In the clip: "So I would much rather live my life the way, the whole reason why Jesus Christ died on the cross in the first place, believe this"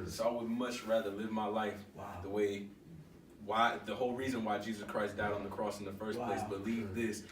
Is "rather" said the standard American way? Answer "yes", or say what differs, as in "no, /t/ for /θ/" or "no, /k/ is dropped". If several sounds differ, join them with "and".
yes